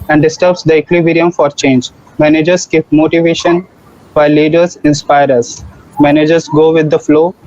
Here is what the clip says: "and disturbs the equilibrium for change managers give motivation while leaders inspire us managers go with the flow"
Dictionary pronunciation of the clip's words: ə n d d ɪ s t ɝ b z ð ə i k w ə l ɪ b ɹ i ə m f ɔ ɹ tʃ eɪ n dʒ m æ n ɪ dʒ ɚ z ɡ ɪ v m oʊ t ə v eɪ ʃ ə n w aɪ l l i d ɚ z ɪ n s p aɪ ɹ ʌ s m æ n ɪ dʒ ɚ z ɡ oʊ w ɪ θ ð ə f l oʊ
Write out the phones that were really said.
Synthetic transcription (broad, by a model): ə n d d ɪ s t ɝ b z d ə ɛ k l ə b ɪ ɹ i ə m f ɔ ɹ tʃ eɪ n dʒ m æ n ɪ dʒ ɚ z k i p m oʊ t ə v eɪ ʃ ə n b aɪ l l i d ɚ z ɪ n s p aɪ ɹ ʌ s m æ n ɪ dʒ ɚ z ɡ oʊ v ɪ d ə f l oʊ